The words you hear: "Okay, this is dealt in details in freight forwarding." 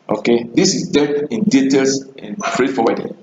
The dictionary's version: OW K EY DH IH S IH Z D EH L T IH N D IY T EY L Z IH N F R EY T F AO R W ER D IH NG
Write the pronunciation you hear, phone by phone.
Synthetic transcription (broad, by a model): OW K EY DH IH S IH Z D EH T IH N D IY T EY L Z IH N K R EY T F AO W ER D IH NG